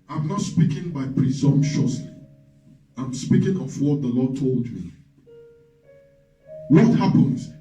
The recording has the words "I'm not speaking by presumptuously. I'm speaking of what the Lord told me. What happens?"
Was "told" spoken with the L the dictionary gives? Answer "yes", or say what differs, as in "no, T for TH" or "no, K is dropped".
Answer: yes